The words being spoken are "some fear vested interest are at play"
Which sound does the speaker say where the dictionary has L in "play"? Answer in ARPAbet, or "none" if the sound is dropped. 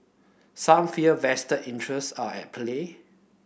L